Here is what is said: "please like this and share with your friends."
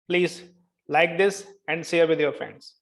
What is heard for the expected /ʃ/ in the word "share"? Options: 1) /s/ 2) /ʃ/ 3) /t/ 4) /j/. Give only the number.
1